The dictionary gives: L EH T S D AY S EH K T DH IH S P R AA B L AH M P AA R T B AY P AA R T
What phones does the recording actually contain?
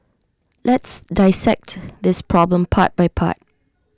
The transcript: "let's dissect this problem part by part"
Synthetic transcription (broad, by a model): L EH T S D AY S EH K T DH IH S P R AA B L AH M P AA T B AY P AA T